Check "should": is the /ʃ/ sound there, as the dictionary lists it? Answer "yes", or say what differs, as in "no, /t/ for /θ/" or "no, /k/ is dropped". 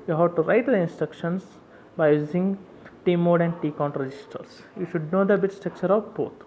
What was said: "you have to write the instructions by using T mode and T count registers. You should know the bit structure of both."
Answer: yes